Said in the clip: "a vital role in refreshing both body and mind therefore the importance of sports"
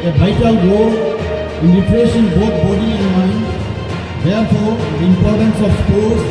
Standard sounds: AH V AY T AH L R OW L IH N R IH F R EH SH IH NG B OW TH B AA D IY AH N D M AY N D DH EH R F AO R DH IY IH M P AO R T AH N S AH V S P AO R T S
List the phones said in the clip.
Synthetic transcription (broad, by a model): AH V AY T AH L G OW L IH N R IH P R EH S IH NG B OW T B AA D IY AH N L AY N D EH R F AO R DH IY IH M P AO R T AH N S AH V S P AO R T